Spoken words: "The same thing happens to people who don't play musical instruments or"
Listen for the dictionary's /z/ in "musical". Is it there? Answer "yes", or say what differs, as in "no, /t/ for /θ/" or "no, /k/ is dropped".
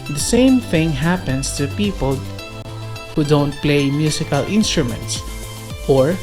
no, /s/ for /z/